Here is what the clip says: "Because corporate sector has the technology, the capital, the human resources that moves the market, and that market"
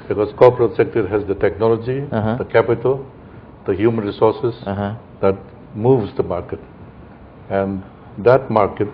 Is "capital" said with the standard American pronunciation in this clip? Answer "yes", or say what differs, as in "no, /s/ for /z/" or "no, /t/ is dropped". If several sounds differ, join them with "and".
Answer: yes